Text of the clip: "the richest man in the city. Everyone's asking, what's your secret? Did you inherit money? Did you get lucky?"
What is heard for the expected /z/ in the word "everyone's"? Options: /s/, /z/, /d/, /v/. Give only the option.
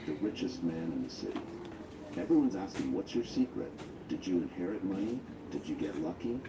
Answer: /z/